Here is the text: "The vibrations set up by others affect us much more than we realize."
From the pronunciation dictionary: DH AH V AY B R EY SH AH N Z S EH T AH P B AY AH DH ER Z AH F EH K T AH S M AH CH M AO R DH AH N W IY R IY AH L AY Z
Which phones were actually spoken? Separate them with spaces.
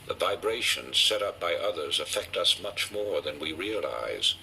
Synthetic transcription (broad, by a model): DH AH V AY B R EY SH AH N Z S EH T AH P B AY AH DH ER Z AH F EH K T AH S M AH CH M AO R DH AH N W IY R IY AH L AY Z